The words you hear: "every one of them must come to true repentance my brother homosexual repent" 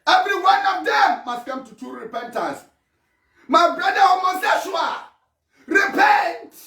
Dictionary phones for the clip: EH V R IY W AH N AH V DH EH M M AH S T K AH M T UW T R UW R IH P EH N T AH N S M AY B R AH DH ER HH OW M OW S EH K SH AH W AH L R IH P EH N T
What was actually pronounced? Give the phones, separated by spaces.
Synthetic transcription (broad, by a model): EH V R IY W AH N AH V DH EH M M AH S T K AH M T UW T UW R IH P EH N T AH S M AY B R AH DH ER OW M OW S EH SH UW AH R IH P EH N T